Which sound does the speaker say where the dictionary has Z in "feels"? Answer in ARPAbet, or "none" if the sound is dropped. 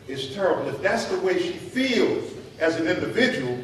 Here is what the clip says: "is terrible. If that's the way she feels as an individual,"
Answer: Z